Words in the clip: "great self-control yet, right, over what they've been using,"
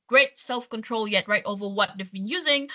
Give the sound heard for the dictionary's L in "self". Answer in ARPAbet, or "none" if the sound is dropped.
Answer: L